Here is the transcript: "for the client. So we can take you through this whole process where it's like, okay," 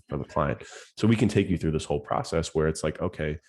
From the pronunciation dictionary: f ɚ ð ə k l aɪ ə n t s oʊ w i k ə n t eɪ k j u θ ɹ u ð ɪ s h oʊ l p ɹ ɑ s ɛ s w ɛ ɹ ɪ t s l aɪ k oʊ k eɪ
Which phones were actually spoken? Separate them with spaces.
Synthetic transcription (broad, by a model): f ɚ ð ə k l aɪ ə n t s oʊ w i k ə n t eɪ k j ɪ θ ɹ u ð ɪ s h oʊ l p ɹ ɑ s ɛ s w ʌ ɹ ɪ t s l aɪ k oʊ k eɪ